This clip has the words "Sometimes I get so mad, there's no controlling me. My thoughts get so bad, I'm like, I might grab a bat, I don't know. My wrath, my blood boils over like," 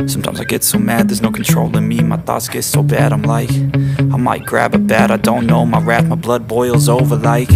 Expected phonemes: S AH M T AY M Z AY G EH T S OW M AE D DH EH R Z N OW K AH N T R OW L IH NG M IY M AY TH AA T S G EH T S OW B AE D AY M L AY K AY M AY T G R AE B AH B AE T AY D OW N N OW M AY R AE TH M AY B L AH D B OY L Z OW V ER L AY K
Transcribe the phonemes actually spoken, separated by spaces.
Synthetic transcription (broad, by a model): S AH M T AY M Z AY G EH T S OW M AE D DH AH R Z N OW K N T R OW L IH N M IY M AY TH AA T S G EH T S OW B AE D AY M L AY K AY M AY T G R AE B AH B AE T AY D OW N N OW M AY R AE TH M AY B L AH D B OY L Z OW V ER L AY K